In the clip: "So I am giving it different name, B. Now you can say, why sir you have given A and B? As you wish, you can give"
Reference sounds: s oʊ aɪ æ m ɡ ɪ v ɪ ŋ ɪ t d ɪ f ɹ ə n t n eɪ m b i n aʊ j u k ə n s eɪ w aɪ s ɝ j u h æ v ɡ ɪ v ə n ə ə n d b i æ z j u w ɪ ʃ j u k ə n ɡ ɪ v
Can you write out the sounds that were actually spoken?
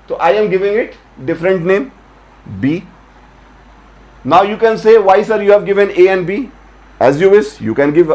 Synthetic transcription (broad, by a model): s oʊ aɪ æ m ɡ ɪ v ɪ ŋ ɪ t d ɪ f ɹ ə n t n eɪ m b i n aʊ j u k ə n s eɪ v aɪ s ɝ j u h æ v ɡ ɪ v ə n ə ə n d b i æ z j u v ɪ s j u k ə n ɡ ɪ v